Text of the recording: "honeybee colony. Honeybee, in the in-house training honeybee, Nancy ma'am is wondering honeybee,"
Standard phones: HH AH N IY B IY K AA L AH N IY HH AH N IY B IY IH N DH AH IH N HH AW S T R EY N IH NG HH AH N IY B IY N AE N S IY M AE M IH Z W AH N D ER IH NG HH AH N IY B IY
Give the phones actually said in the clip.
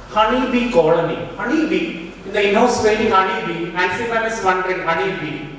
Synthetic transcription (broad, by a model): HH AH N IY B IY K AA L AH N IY HH AH N IY B IY IH N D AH IH N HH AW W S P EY L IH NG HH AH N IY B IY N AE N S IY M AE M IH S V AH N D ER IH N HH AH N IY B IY